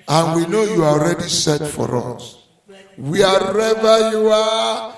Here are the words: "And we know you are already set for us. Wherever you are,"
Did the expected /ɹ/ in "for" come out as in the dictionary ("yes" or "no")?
yes